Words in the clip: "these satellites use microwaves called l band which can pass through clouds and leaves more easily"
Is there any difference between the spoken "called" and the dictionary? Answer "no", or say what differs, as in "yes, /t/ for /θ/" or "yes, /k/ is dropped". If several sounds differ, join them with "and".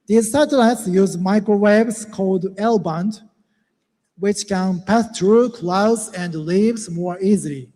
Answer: no